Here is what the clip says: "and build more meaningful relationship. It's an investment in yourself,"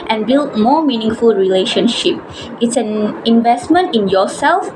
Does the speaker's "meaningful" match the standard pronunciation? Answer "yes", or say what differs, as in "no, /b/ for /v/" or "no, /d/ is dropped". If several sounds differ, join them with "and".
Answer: yes